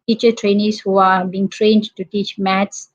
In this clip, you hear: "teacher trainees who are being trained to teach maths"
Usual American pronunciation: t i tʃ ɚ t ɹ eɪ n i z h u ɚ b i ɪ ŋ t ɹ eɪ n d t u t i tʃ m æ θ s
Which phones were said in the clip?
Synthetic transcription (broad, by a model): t i tʃ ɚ t ɹ eɪ n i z h u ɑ b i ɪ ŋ t ɹ eɪ n d t u t i tʃ m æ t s